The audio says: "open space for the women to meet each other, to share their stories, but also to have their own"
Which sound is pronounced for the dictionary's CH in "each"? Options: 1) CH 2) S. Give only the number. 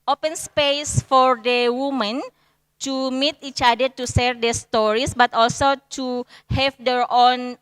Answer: 1